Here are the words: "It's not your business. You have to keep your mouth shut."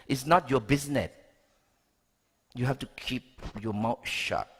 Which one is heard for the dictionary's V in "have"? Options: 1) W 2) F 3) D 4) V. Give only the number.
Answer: 2